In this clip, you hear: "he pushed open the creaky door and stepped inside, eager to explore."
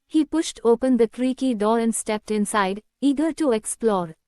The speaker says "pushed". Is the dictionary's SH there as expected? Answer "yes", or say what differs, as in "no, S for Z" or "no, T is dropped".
yes